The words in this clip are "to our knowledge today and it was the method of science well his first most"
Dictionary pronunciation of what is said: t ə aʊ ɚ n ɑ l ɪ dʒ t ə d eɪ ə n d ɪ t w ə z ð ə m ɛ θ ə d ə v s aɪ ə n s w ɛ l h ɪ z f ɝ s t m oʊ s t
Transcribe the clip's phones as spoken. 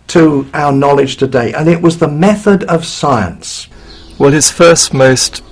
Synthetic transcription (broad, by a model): t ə aʊ ɚ n ɑ l ɪ dʒ t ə d eɪ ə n ɪ t w ə z ð ə m ɛ θ ə d ə v s aɪ ə n s w ɛ l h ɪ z f ɝ s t m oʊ s t